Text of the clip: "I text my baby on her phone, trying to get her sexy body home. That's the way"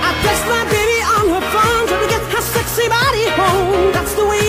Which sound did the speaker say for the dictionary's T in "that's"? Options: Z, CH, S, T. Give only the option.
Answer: T